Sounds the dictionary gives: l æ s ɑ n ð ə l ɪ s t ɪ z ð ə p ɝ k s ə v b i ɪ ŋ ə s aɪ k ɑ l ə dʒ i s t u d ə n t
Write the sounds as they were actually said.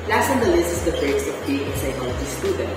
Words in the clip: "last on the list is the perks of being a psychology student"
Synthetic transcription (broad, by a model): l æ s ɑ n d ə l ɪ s ɪ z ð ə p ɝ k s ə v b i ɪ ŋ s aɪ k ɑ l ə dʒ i s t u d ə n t